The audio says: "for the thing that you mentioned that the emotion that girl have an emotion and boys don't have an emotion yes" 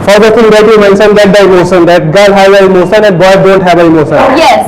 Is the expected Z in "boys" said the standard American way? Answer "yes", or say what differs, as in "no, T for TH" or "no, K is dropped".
no, Z is dropped